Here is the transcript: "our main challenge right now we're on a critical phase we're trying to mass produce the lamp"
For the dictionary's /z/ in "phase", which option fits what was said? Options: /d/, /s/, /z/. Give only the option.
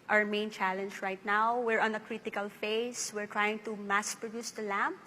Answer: /s/